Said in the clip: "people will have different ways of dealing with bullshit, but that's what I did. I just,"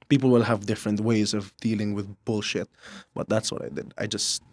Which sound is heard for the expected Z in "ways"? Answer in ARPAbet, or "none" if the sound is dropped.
Z